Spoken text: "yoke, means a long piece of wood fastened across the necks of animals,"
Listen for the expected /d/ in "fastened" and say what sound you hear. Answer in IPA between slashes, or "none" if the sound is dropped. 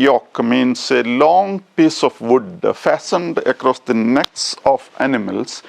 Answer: /d/